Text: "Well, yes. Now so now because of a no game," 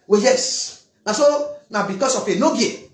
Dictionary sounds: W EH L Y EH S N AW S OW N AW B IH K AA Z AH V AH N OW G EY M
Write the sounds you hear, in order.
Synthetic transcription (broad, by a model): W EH Y EH S N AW S OW N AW B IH K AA S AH F AH N OW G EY